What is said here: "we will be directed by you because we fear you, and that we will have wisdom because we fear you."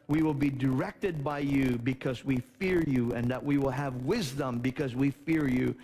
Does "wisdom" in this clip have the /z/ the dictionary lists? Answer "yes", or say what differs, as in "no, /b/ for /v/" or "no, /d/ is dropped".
yes